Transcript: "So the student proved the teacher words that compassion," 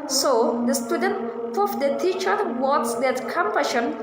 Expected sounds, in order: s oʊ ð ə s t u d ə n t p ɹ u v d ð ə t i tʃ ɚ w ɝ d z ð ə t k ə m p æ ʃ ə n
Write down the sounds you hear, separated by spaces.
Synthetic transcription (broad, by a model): s oʊ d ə s t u d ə n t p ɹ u f d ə t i tʃ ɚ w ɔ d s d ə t k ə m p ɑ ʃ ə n